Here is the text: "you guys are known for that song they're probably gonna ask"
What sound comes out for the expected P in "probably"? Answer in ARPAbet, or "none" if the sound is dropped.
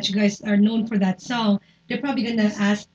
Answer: P